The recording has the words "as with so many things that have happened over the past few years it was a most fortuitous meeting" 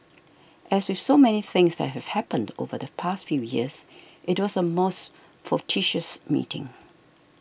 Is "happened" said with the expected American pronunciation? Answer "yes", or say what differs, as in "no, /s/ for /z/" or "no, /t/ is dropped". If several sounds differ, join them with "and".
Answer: yes